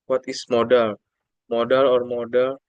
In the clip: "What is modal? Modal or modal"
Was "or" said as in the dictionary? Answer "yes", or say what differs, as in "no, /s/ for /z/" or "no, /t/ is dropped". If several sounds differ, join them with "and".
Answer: yes